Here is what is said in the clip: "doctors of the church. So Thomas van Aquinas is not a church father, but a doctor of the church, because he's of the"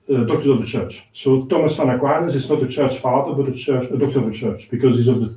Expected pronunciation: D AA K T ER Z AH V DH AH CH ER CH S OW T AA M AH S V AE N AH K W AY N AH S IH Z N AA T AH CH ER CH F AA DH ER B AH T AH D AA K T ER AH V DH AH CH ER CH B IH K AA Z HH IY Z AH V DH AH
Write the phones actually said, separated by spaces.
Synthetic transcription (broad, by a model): D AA K T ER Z AH V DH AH CH ER CH S OW T AA M AH S F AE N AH K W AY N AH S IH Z N AA T AH CH ER CH F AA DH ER B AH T AH D AA K T ER AH V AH CH ER CH B IH K AA Z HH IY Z AH V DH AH